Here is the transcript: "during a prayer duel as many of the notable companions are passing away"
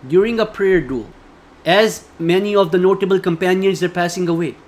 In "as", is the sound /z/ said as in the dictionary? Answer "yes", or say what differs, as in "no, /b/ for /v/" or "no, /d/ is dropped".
yes